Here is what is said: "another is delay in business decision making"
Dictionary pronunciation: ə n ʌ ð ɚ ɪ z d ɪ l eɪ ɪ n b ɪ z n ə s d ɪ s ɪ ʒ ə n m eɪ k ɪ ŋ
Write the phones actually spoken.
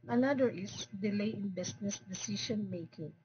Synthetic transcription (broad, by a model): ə n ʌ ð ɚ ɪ s d ɪ l eɪ ɪ n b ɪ s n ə s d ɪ s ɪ ʃ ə n m eɪ k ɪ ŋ